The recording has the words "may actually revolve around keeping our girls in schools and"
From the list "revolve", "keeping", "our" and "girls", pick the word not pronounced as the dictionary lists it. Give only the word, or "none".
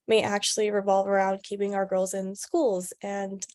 none